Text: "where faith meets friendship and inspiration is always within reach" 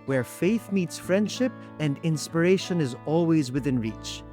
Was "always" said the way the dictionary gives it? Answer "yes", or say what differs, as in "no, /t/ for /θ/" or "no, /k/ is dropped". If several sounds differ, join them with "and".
yes